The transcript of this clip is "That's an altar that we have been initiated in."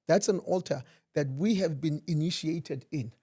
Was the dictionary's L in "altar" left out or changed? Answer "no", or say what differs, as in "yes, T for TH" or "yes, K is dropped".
no